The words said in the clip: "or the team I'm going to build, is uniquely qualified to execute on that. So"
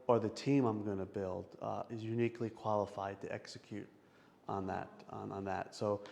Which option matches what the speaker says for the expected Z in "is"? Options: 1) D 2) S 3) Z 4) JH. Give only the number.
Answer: 3